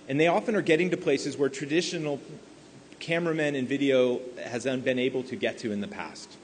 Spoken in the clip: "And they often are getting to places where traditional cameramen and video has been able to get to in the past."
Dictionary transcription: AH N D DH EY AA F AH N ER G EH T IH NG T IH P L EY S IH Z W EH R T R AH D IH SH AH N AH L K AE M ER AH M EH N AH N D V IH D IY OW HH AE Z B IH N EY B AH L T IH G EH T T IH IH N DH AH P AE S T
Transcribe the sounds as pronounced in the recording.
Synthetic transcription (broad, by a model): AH N DH EY AA F AH N ER G EH T IH NG T IH P L EY S IH Z W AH R T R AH D IH SH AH N L K AE M ER AH M EH N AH N V IH D IY OW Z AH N B IH N EY B L T IH G EH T T IH IH N DH AH P AE S T